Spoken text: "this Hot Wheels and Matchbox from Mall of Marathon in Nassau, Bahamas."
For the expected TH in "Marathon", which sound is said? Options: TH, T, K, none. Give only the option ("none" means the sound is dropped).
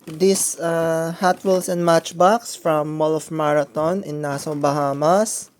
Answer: T